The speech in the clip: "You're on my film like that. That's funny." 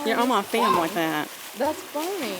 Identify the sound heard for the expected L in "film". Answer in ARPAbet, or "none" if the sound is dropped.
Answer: none